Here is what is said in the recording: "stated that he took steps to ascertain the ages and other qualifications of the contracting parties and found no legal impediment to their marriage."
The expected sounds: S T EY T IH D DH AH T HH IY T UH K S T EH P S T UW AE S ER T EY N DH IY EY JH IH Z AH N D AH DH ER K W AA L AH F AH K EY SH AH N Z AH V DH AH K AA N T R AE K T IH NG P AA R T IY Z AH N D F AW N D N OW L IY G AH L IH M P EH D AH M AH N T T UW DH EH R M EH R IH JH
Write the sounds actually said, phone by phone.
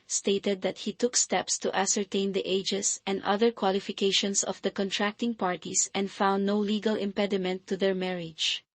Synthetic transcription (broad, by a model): S T EY T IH D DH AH T HH IY T UH K S T EH P S T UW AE S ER T EY N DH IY EY JH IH S AH N D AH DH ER K W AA L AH F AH K EY SH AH N S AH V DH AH K AA N T R AE K T IH NG P AA R T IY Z AH N D F AW N D N OW L IY G AH L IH M P EH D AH M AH N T T UW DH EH R M EH R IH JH